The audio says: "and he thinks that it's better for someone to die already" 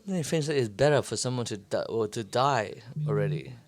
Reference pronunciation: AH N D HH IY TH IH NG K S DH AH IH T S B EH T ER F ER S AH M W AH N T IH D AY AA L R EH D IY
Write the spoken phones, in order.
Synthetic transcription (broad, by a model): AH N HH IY F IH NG S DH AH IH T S B EH T ER F ER S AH M W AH N T IH D AY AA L R EH D IY